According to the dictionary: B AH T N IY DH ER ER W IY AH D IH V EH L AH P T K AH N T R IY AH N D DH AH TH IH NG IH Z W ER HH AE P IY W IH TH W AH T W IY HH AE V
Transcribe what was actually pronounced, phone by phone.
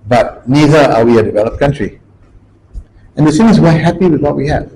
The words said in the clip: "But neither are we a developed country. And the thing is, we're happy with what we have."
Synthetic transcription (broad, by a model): B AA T N IY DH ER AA W IY AH D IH V EH L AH P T K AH N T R IY AH N D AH S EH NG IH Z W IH HH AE P IY W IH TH W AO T W IY HH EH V